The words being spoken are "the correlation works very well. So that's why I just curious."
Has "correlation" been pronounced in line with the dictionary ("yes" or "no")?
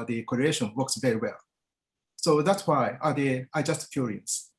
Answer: no